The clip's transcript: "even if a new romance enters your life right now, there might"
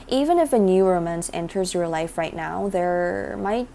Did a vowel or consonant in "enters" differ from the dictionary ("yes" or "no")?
no